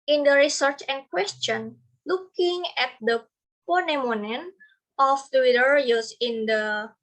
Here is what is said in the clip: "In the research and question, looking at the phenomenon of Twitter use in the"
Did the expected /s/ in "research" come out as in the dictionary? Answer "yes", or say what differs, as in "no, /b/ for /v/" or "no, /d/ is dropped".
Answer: yes